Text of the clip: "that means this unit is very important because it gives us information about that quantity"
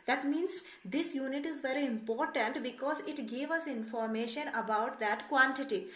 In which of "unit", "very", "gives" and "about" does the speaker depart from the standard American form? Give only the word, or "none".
gives